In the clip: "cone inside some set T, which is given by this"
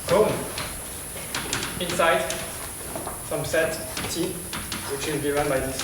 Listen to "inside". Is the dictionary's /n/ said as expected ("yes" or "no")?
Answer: yes